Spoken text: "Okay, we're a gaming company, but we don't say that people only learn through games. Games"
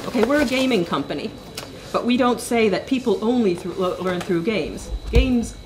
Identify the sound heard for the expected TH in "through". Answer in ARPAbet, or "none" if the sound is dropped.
TH